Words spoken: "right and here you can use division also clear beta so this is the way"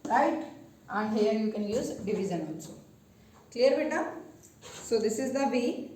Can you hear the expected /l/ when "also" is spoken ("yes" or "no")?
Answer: no